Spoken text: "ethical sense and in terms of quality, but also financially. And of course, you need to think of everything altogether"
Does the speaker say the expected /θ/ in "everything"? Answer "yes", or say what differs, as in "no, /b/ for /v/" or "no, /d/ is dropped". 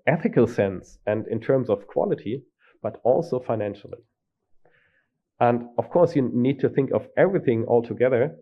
yes